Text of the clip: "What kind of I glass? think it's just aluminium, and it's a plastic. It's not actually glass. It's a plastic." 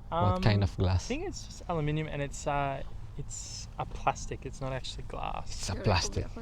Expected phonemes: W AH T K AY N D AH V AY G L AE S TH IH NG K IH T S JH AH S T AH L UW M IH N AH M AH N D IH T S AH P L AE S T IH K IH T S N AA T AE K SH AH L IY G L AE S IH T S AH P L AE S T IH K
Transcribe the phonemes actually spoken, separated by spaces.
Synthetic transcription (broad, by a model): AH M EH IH N AH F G L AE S TH IH NG K IH T S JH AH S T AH L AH M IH N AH M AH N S IH T S AH P L AE S T IH K IH T S N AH T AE K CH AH L IY G L AE S IH T S AH P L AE S T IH K